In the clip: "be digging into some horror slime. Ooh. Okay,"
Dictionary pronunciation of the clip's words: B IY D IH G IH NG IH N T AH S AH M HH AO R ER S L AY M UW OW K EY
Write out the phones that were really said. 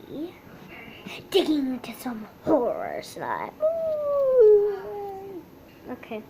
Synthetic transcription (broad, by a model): D IH G IH NG IH N T AH S AH M HH AO R ER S N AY UW OW K EY